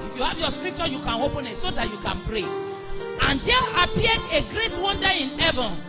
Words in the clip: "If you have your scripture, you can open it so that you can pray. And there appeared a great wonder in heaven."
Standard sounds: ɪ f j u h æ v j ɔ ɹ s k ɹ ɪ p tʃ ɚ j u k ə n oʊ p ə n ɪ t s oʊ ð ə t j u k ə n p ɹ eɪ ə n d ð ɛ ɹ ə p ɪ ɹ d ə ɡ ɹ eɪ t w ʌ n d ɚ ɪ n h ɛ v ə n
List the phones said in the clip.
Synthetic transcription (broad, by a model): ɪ f j u h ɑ v j ɔ s k ɹ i p tʃ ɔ j u k ə n oʊ p ə n ɪ t s oʊ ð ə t j u k ə n p ɹ eɪ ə n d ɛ l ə p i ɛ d ə ɡ ɹ eɪ t w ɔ n d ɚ ɪ n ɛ v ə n